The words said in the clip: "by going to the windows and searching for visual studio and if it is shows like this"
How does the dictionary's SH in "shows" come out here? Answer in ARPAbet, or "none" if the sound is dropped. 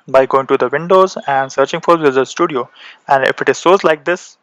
S